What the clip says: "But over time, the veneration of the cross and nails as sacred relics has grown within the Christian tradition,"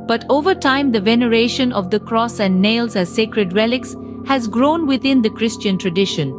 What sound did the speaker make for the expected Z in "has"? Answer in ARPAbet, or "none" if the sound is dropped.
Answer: Z